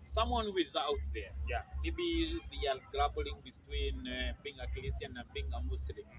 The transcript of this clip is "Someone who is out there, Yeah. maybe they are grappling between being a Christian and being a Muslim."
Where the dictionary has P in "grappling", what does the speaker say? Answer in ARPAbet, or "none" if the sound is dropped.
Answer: B